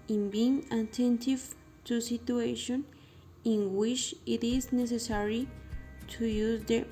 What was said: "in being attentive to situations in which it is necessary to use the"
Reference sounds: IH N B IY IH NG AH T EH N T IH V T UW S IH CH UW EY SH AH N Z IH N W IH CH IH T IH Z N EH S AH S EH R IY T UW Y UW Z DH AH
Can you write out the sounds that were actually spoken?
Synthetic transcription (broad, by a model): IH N B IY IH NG AH T EH N T IH V T UW S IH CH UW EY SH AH N IH N W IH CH IH T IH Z N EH S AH S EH R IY T UW Y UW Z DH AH